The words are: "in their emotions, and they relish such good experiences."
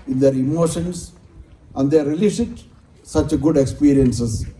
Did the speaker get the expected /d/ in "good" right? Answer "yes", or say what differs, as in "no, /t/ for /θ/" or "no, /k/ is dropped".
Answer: yes